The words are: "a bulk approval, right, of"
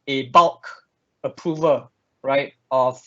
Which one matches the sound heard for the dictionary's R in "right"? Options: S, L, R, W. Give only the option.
R